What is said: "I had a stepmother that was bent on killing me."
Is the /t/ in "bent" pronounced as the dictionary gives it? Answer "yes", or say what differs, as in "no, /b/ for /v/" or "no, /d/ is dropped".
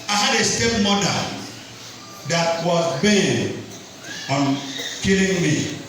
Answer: no, /t/ is dropped